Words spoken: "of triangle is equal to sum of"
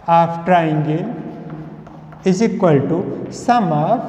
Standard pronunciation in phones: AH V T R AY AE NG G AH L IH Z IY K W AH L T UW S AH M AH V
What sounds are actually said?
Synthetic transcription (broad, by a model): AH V T R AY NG G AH N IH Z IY K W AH L T UW S AH M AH